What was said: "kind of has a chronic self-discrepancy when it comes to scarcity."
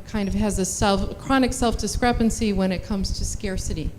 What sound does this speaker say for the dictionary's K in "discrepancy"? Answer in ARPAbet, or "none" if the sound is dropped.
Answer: K